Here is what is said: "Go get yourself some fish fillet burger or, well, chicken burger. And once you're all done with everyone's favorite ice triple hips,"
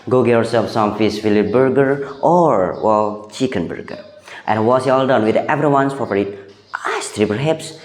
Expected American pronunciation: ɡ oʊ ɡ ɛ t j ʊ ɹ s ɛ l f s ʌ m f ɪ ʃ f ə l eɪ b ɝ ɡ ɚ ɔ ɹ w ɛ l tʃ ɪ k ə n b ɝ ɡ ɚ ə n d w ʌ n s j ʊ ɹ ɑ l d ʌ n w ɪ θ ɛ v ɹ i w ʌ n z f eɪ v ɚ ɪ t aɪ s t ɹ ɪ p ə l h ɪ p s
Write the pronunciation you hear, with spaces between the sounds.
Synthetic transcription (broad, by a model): ɡ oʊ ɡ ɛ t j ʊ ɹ s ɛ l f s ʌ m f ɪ s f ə l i b ɝ ɡ ɚ ɔ ɹ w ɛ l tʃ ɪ k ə n b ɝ ɡ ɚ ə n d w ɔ s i ɑ l d ʌ n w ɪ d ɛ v ɹ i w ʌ n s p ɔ p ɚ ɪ t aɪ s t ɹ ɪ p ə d h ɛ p s